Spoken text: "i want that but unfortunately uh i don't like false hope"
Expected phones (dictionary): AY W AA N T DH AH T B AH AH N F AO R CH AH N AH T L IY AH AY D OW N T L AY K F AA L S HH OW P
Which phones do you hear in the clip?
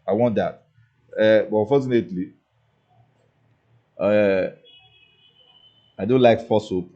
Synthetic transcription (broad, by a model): AY W AA N T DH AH T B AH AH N F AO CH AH N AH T L IY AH AY D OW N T L AY K F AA S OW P